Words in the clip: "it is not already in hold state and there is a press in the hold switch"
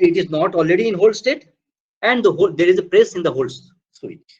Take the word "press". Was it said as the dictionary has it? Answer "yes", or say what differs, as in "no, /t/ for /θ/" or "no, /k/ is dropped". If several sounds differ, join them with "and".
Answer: yes